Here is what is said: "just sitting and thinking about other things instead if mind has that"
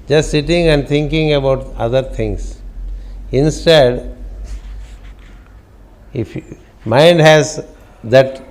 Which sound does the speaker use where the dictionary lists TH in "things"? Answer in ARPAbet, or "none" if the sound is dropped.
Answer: T